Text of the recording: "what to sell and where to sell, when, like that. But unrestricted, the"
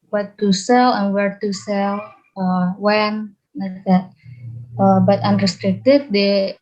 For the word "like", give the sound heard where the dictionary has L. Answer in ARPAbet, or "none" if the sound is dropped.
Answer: N